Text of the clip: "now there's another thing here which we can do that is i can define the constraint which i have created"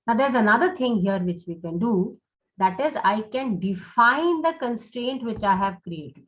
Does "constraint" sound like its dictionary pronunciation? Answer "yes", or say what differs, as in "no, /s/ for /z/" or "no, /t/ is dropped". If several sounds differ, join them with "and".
yes